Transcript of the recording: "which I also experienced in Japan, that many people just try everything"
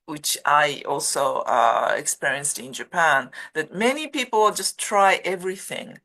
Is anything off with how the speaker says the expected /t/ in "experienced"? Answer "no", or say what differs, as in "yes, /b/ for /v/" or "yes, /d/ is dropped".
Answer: no